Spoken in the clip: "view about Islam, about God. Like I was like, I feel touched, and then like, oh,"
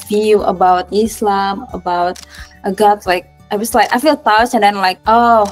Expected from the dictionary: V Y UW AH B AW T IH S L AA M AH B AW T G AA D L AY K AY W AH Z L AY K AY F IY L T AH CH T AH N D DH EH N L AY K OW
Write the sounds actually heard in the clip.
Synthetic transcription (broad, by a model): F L AH B AW T IH S L AA M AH B AW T G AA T L AY K AY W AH S L AY K AY F IY L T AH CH AH N D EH N L AY K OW